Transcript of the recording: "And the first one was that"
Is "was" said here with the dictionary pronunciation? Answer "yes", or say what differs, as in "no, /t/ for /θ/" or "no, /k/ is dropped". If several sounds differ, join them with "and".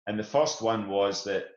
yes